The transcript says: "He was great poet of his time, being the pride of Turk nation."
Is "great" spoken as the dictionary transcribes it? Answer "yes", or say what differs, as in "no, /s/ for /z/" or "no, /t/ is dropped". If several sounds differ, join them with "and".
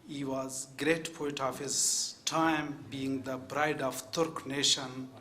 yes